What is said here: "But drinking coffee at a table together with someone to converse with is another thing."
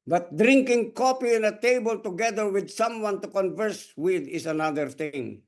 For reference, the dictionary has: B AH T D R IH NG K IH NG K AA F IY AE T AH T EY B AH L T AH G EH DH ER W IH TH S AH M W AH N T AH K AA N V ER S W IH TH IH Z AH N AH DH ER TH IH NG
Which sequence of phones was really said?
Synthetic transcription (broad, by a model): B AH T D R IH NG K IH NG K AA P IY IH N AH T EY B AH L T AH G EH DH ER W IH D S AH M W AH N T AH K AA N V ER S W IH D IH S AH N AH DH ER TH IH NG